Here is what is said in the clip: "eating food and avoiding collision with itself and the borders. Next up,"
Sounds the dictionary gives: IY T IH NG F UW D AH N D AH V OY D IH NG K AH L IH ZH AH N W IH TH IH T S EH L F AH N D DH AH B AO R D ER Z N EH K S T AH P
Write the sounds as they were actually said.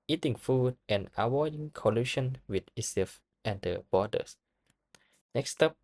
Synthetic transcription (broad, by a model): IY T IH NG F UW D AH N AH W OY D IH NG K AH L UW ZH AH N W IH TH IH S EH F AH N D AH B AO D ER S N EH K S T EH P